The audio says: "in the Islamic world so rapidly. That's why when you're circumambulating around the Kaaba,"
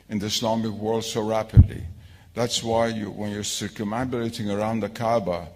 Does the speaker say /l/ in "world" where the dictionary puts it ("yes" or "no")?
yes